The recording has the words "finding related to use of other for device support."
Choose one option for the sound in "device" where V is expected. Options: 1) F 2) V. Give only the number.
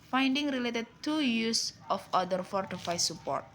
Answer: 1